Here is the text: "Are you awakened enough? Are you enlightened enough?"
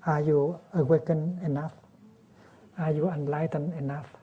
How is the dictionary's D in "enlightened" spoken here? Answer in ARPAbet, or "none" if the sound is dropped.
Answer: none